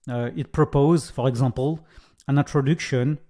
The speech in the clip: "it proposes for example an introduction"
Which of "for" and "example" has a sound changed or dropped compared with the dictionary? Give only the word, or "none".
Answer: example